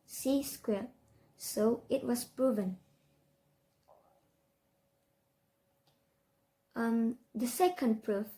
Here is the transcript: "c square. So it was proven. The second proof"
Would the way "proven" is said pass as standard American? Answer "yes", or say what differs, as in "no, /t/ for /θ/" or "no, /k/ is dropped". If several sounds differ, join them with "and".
yes